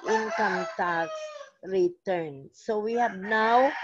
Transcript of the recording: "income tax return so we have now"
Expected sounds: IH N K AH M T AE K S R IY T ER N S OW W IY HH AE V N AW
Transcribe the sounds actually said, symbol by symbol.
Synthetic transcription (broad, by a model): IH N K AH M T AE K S R IY T ER N S OW W IY HH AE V N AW